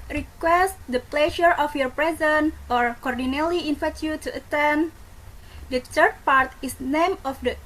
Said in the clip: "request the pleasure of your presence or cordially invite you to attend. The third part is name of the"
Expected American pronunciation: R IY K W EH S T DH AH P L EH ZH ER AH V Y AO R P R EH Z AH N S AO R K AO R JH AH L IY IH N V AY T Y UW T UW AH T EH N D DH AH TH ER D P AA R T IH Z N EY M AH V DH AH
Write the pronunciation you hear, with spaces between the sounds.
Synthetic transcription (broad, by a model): R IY K W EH S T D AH P L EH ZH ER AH F Y AO R P R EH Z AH N AO R K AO R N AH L IY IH N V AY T Y UW T UW AH T EH N D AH T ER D P AA R T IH S N EY M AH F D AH